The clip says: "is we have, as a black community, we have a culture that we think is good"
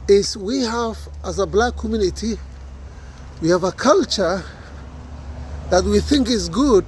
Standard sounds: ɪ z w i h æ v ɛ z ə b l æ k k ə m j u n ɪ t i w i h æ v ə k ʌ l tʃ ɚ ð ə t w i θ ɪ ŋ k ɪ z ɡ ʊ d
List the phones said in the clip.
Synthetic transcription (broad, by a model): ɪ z w i h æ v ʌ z ə b l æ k k ə m j u n ɪ t i w i h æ v ə k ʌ l tʃ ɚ ð ə t w i θ ɪ ŋ k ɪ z ɡ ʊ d